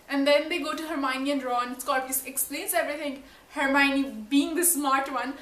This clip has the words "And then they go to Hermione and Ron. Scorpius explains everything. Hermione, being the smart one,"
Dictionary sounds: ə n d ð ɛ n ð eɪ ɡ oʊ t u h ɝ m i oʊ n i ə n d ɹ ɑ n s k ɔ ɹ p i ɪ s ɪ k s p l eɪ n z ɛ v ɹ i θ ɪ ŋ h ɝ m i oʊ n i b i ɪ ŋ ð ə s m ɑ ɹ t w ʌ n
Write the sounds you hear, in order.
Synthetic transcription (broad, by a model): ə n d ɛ n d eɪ ɡ oʊ t u h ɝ m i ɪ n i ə n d ɹ ɑ n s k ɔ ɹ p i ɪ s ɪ k s p l eɪ n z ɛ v ɹ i t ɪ ŋ h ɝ m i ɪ n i b i ɪ ŋ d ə s m ɑ ɹ t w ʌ n